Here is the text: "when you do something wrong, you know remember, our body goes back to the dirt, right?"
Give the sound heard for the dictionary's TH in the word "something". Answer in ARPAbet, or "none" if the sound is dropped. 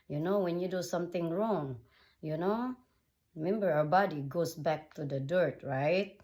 T